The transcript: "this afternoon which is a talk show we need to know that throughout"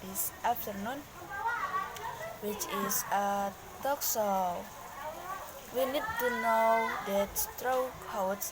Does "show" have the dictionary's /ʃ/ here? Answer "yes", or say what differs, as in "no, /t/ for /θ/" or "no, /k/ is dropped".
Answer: no, /s/ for /ʃ/